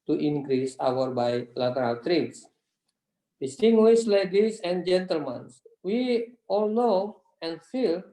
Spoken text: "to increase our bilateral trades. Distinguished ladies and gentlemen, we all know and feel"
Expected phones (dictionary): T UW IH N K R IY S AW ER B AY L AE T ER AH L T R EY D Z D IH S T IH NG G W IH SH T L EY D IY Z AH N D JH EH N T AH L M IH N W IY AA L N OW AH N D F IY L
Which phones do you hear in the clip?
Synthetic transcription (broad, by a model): T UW IH N K R IY S AW ER B AY L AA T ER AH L T R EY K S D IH S T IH NG G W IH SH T L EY D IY S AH N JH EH N T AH L M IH N W IY AA L N OW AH N F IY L